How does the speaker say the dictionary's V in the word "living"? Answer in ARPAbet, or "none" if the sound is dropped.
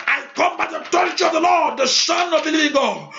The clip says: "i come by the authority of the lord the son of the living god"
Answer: none